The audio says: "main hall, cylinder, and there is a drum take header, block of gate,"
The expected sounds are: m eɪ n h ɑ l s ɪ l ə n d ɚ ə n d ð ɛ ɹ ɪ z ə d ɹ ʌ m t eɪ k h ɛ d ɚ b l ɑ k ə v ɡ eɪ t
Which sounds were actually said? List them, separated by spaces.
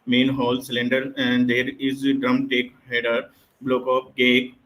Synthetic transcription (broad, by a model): m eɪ n h ɑ l s ɪ l ə n d ɚ ə n d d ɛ ɹ ɪ z d ɹ ʌ m t eɪ k h ɛ d ɚ b l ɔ k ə p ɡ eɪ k